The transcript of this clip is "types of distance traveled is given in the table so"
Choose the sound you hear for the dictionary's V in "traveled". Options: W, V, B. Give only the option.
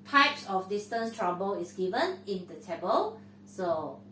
B